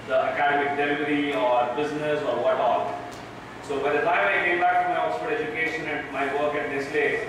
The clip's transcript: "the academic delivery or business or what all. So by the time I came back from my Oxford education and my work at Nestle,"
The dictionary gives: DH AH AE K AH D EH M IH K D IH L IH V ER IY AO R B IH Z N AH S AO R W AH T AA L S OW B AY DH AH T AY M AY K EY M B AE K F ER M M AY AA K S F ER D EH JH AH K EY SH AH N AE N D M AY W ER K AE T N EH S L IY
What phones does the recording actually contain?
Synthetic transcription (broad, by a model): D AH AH K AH D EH M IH K D IH L IH V ER IY AO R B IH Z N AH S AO R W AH T AA L S OW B AY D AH T AY M AY K EY M B AE K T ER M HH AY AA S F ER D EH JH AH K EY SH AH N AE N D M AY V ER K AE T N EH S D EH